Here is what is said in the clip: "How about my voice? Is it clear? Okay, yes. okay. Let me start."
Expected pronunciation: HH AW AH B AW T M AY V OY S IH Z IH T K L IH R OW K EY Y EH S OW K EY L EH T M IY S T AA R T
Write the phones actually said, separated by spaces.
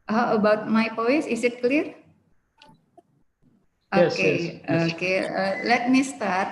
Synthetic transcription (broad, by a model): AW AH B AW T M AY P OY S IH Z IH T K L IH R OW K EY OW K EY L EH T M IY S T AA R T